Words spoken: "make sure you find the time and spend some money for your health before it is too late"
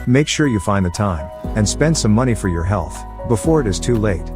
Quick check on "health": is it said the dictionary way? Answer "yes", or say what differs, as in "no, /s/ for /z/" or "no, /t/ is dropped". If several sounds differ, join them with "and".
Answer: yes